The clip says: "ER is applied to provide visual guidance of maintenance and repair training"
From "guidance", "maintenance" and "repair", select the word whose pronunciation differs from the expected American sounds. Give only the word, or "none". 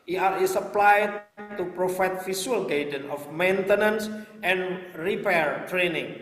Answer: guidance